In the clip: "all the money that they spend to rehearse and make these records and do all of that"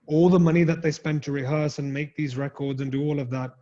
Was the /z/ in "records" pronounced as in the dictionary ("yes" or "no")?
yes